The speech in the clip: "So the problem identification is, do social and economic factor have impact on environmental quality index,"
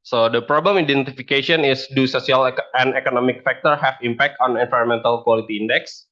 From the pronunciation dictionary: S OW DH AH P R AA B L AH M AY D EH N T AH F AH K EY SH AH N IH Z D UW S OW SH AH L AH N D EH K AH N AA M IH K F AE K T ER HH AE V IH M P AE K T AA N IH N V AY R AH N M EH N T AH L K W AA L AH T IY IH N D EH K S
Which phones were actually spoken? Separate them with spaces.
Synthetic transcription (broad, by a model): S OW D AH P R AA B L AH M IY D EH N T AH F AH K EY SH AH N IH S D UW S OW S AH L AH N EH K AH N AA M IH K F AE K T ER HH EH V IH M P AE K T AA N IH N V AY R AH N M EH N T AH L K W AA L AH T IY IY N D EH K S